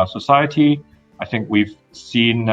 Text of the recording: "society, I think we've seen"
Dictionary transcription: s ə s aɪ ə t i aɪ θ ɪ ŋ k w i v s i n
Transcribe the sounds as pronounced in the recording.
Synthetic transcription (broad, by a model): s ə s aɪ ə t i aɪ θ ɪ ŋ k w i v s i n